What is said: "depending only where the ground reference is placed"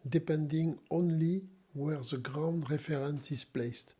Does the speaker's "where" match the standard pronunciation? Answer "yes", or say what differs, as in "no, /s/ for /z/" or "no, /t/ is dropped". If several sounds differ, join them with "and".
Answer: yes